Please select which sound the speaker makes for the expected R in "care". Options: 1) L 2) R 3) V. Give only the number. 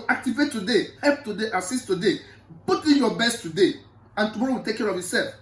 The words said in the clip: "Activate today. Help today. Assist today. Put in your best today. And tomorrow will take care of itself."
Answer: 2